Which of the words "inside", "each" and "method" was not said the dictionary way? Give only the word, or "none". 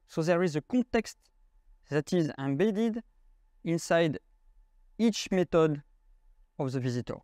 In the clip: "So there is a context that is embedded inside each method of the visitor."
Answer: method